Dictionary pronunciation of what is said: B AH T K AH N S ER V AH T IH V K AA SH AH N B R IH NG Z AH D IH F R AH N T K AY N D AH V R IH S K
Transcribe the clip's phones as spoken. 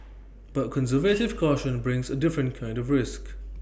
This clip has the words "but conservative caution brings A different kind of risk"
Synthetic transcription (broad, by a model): B AH T K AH N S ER V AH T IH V K AA SH AH N B R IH NG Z AH D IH F R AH N K AY N D AH V R IH S K